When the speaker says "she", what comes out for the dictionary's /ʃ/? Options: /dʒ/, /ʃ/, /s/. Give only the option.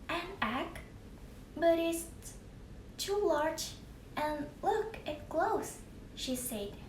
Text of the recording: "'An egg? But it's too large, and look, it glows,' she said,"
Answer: /ʃ/